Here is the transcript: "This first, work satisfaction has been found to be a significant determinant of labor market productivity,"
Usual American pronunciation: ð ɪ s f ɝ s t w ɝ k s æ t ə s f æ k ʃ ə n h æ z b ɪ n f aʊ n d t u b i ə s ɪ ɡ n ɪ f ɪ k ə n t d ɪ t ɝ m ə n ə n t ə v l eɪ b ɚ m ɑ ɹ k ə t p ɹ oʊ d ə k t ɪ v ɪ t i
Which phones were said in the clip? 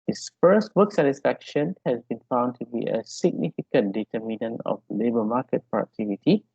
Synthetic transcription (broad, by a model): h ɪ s f ɝ s t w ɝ k s æ t ə s f æ k ʃ ə n h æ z b ɪ n f aʊ n d t u b i ə s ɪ ɡ n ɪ f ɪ k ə n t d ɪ t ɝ m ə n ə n ə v l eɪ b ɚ m ɑ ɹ k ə t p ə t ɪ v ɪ t i